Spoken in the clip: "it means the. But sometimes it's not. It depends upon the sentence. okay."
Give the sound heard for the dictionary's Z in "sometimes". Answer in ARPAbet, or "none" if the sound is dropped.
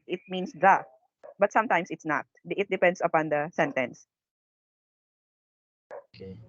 S